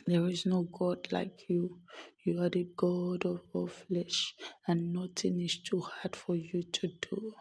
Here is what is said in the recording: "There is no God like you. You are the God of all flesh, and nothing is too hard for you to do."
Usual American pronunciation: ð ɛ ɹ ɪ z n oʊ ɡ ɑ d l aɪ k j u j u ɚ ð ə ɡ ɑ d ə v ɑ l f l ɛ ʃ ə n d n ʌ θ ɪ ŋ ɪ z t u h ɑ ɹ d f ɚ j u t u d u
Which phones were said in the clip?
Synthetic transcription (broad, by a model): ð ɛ ɹ ɪ z n oʊ ɡ ɑ d l aɪ k j u j u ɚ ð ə ɡ ɑ d ə v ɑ f l ɛ ʃ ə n n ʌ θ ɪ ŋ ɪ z t u h ɑ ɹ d f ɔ j u t u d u